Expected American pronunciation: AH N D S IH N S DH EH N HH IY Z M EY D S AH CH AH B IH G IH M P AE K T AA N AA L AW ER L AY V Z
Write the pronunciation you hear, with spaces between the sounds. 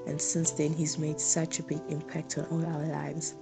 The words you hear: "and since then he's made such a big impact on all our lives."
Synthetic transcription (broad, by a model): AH N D S IH N S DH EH N HH IY Z M EY D S AH CH AH B IH G IH M P AE K T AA N AA L AW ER L AY V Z